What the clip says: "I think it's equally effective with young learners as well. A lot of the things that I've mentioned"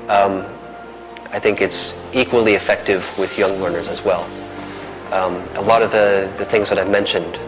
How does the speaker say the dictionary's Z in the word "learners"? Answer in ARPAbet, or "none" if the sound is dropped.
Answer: Z